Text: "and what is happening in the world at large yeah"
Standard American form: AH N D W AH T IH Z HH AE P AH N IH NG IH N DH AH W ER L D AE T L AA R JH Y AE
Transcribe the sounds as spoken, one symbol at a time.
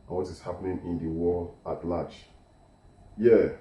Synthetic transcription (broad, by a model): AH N W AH T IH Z HH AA P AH N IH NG IH N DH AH W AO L AA T L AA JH Y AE